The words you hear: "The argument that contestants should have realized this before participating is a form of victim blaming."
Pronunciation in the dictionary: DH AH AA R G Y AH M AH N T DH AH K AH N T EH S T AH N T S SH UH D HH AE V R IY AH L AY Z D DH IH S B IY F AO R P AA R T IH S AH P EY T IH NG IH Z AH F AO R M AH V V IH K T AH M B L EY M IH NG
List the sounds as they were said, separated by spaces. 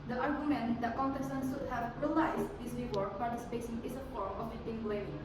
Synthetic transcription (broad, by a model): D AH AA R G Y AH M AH N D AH K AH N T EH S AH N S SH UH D HH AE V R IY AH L AY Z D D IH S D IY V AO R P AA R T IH S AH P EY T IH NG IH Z AH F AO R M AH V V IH T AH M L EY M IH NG